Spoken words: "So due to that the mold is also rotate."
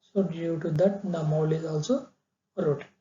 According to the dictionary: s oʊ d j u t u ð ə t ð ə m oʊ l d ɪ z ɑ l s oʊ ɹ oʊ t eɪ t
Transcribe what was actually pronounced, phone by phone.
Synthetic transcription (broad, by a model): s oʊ d j u t u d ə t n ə m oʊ l ɪ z ɑ l s oʊ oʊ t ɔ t